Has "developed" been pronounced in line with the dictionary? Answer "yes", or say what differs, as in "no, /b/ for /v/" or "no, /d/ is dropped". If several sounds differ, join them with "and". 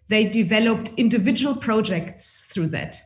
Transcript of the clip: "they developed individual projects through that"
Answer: yes